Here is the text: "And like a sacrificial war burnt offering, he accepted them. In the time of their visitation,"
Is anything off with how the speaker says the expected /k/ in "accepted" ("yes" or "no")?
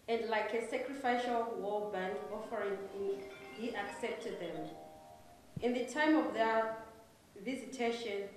no